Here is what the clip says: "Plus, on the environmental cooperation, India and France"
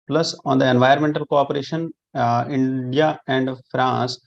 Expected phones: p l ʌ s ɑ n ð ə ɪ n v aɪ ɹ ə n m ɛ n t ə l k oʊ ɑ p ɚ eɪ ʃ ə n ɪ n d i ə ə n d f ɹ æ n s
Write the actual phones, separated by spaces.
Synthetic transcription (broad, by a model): p l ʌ s ɑ n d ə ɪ n v aɪ ə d m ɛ n t ə l k oʊ ɑ p ɚ eɪ ʃ ə n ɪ n d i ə ə n d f ɹ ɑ n s